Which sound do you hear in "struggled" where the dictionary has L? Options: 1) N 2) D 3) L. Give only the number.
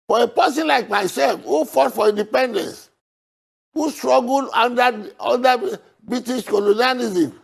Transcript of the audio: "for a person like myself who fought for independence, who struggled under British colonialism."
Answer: 1